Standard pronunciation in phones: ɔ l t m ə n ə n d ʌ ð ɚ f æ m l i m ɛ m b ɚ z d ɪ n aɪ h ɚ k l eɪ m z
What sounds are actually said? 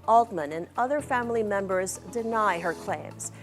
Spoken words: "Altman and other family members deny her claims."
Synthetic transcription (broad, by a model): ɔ l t m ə n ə n ʌ ð ɚ f æ m l i m ɛ m b ɚ z d ɪ n aɪ h ɚ k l eɪ m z